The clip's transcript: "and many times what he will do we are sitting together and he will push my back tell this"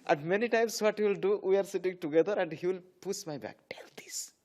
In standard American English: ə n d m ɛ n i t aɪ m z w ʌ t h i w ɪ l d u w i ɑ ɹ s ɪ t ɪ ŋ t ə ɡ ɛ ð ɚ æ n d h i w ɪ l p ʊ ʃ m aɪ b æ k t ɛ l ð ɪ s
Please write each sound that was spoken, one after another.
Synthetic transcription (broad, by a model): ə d m ɛ n i t aɪ m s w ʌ t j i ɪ l d u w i ɑ ɹ s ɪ t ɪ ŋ t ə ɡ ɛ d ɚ æ n d h i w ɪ l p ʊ s m aɪ b æ k t ɛ l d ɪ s